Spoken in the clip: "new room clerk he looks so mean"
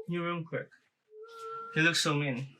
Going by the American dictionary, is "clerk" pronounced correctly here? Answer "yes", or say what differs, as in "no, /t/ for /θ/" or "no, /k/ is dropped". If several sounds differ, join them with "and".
no, /w/ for /l/